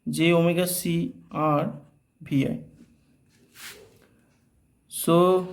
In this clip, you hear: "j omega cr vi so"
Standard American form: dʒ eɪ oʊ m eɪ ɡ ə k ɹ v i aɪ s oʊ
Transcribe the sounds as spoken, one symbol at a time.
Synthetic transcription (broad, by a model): dʒ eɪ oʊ m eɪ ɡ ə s ɹ b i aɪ s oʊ